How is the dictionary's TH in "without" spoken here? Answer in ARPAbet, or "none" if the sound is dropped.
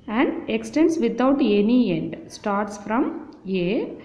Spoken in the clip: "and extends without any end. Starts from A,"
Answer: T